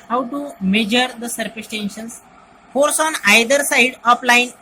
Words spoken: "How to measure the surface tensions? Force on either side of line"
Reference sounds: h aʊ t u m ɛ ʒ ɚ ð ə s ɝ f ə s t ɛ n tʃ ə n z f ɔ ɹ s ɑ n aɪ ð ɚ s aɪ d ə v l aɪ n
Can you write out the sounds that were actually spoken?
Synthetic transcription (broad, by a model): h aʊ t u m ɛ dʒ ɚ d ə s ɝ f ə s t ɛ n ʃ ə n s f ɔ ɹ s ɑ n aɪ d ɚ s aɪ d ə p l aɪ n